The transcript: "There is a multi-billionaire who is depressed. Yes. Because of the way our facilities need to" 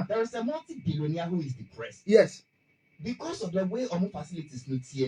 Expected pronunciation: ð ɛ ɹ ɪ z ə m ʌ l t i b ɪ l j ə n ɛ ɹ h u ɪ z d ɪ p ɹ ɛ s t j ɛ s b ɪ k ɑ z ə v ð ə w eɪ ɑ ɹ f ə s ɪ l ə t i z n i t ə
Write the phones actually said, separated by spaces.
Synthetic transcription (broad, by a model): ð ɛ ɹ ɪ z ə m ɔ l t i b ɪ l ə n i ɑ h u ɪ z d ɪ p ɹ ɛ s t j ɛ s b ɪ k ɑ s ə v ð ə w eɪ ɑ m f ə s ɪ l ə t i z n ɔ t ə